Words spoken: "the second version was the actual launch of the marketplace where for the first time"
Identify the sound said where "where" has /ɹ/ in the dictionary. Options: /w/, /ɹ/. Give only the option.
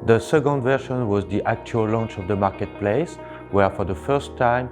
/ɹ/